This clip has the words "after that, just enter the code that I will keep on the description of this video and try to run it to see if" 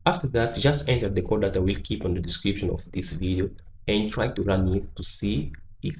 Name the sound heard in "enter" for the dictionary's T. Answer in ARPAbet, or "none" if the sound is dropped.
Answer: T